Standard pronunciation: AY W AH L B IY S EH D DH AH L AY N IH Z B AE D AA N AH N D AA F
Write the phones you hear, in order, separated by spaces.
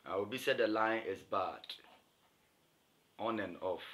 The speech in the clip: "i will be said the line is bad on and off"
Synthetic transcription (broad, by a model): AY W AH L B IY S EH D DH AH L AY N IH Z B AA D AA N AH N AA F